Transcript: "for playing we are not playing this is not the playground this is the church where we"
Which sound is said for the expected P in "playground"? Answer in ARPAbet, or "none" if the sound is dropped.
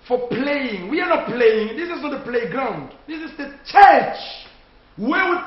P